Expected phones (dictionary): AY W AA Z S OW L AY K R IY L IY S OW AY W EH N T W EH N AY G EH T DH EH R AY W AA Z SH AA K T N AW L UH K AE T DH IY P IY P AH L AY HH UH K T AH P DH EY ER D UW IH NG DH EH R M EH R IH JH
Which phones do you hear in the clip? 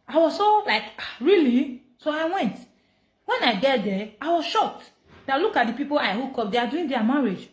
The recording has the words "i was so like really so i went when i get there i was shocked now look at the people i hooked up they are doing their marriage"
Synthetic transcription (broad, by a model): AY W AA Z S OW L AY K R IY L IY S OW AY W EH N T W EH N AY G EH T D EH AY W AA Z SH AA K T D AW L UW K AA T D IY P IY P AH L AY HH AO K AO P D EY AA D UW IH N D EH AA M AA R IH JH